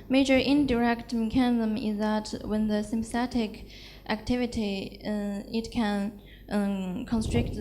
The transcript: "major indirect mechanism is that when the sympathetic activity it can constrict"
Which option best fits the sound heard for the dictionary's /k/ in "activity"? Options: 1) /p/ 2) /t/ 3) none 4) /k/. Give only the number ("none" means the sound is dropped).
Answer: 4